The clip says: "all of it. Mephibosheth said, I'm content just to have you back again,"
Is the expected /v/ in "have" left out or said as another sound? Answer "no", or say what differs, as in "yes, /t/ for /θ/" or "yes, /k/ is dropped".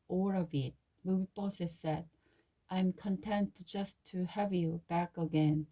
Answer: no